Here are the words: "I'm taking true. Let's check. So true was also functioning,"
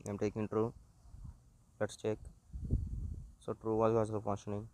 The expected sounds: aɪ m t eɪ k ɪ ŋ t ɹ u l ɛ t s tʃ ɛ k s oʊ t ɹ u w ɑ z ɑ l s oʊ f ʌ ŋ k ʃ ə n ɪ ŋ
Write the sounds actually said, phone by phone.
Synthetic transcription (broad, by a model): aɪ m t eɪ k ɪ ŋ t ɹ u l ɛ t s tʃ ɛ k s oʊ t ɹ u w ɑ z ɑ s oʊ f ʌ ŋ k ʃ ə n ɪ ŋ